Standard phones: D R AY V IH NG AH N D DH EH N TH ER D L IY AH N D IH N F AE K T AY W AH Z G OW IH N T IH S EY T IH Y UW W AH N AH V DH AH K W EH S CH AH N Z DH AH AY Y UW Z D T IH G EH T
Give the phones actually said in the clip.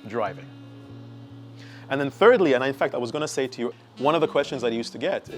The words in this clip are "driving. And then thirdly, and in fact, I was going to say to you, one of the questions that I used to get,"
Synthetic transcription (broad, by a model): D R AY V IH NG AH N DH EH N TH ER D L IY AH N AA IH N F AE K T AY W AH Z G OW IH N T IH S EY T IH Y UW W AH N AH V DH AH K W EH S CH AH N Z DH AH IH Y UW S T IH G EH T